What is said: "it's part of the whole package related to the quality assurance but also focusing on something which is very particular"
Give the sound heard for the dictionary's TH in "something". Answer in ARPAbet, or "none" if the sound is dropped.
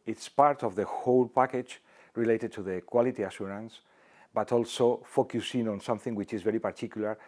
TH